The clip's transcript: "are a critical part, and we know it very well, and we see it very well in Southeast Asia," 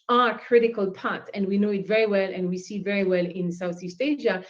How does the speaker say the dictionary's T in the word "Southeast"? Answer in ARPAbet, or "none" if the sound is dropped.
T